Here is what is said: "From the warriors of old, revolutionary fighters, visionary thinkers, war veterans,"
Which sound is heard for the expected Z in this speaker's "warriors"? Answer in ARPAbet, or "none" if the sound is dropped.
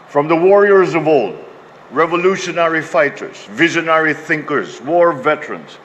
Z